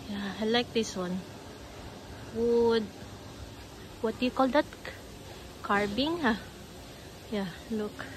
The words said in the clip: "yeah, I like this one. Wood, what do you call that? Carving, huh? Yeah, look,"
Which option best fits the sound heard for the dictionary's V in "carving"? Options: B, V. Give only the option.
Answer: B